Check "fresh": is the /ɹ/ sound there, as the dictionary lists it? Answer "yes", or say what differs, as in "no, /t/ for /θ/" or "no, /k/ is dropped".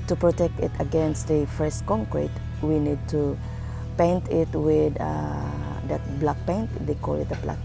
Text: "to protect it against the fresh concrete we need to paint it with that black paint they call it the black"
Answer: no, /ɹ/ is dropped